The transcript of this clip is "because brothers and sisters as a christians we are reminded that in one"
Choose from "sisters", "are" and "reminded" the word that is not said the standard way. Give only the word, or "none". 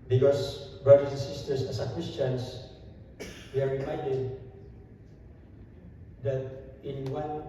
sisters